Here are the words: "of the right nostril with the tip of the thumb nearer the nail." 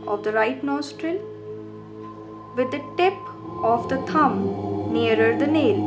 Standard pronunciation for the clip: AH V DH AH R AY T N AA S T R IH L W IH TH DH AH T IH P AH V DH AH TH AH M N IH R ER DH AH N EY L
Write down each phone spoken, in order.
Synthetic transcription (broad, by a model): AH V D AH R AY T N AA S T R IH L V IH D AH T IH P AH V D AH T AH M N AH R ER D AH N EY L